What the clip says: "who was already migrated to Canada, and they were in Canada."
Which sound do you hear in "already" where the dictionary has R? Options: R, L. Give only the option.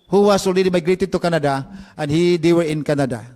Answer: L